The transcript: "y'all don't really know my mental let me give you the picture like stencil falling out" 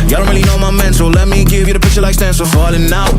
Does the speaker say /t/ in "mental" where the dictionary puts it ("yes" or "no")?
no